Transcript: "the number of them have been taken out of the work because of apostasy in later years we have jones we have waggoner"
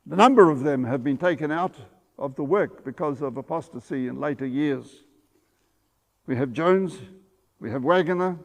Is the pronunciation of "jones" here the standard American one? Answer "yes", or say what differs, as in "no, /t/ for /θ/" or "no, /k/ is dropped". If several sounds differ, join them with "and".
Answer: yes